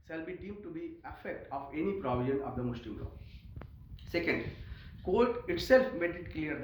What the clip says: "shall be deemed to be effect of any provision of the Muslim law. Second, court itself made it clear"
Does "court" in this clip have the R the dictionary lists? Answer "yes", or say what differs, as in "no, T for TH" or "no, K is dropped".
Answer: no, L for R